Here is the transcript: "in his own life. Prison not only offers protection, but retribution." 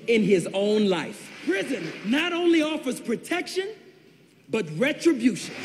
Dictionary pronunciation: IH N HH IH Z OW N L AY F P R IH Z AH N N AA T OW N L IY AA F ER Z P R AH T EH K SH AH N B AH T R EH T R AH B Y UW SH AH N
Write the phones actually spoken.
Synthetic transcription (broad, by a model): IH N IH Z OW N L AY F P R IH Z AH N N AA T OW N L IY AA F ER Z P R AH T EH K SH AH N B AH T R EH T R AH B Y UW SH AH N